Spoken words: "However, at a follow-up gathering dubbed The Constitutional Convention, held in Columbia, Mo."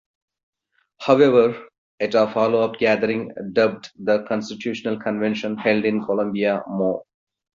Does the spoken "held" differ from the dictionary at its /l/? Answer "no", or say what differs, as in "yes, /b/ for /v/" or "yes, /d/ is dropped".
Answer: no